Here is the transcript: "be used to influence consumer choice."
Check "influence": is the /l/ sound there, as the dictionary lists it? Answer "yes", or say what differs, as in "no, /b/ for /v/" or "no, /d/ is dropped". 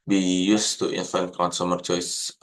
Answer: no, /l/ is dropped